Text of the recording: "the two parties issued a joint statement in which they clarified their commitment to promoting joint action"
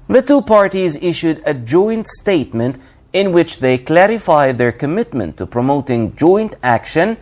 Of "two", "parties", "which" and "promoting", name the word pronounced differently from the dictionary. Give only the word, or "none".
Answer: none